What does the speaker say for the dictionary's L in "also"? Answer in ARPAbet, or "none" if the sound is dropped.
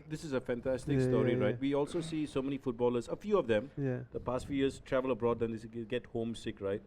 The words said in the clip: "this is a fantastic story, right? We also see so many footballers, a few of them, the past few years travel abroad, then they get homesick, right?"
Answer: L